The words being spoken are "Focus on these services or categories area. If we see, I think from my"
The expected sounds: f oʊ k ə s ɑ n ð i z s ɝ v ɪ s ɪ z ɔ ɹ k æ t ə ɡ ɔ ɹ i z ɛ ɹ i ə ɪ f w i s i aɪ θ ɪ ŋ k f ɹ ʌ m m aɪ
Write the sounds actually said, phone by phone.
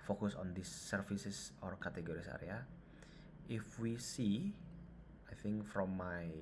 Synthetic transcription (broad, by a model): f oʊ k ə s ɑ n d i s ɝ f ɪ s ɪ s ɔ ɹ k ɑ t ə ɡ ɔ ɹ i s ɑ ɹ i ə ɪ f w i s i aɪ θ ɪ ŋ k f ɹ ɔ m m aɪ